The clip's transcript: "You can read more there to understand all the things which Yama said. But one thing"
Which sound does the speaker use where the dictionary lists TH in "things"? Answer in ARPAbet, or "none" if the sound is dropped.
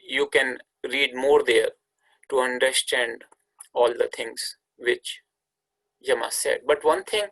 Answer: T